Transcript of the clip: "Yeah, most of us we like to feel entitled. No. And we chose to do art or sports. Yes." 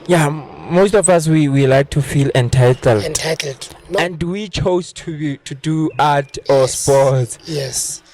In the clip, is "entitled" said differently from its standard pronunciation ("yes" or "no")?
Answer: no